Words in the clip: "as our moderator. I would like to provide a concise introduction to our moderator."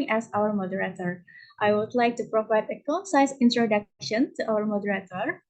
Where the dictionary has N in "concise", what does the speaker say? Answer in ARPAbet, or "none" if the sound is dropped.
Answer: none